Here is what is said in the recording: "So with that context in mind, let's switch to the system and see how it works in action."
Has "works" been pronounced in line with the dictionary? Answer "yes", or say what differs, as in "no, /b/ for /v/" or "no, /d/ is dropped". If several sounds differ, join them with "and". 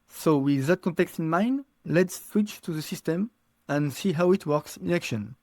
yes